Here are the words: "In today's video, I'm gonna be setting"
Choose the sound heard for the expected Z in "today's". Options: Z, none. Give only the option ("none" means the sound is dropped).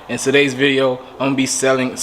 Z